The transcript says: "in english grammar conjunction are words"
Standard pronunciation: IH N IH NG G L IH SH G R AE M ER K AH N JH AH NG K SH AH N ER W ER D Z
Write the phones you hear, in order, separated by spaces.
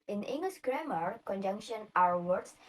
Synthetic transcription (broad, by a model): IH N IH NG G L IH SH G R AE M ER K AH N JH AH NG K SH AH N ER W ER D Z